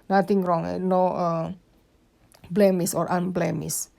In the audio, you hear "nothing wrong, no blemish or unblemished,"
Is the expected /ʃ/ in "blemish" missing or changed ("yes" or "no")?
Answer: yes